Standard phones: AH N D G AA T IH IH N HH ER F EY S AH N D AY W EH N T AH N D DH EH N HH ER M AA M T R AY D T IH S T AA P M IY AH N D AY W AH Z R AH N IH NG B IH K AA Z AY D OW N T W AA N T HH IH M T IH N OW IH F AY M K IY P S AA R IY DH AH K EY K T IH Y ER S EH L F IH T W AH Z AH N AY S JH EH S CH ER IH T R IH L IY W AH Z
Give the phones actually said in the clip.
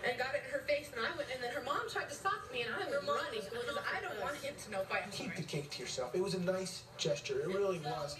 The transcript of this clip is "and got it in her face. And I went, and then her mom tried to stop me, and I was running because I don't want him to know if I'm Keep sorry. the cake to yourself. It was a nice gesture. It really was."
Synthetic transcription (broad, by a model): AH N G AA T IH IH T HH ER F EY S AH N AY W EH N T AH N DH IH N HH ER M AA M T R AY D T IH S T AA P M IY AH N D AY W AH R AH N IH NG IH AA IH D OW N T W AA N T HH IH M T IH N OW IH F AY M K IY P DH AH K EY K T IH Y ER S EH L F IH T W AH Z AH N AY S JH EH S CH ER IH T R IH L IY W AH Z